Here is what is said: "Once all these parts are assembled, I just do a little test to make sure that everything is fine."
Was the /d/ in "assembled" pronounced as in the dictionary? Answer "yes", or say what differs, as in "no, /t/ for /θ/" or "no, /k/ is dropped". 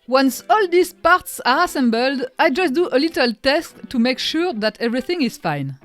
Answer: yes